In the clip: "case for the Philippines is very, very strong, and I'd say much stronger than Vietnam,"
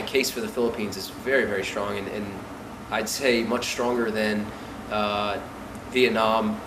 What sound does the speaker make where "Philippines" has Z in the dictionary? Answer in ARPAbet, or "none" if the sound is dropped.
Z